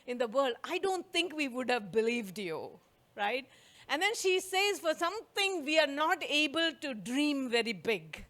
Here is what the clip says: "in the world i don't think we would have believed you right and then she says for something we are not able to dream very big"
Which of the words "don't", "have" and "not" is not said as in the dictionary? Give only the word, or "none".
none